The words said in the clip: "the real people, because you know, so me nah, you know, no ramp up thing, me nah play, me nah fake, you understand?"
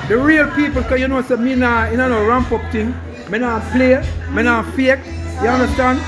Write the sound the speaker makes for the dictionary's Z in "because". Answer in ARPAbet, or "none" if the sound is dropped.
none